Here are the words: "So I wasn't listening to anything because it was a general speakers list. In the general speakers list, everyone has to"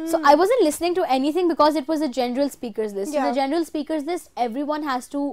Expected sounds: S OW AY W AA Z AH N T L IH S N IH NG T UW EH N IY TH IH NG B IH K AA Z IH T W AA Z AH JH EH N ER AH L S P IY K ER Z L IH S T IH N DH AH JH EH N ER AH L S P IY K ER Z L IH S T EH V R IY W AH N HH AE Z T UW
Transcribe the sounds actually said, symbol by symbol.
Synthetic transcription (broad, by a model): S OW AY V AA Z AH N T L IH S N IH NG T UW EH N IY T IH NG B IH K AA Z IH T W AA Z AH JH EH N ER AH L S P IY K ER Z L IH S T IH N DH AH JH EH N ER AH L S P IY K ER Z L IH S T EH V R IY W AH N HH AE Z T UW